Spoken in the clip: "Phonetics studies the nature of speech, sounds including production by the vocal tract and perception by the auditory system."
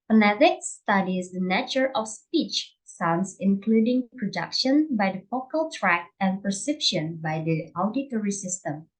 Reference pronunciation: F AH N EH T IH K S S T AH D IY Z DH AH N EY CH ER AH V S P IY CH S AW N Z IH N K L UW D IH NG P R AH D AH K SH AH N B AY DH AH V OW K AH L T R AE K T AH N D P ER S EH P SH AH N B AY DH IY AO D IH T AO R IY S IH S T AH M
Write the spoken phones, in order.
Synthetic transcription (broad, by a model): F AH N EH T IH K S S T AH D IY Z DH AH N EY CH ER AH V S P IY CH S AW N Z IH N K L UW D IH NG P R AH D AH K SH AH N B AY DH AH F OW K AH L T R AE K AH N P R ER S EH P SH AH N B AY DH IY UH D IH T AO R IY S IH S T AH M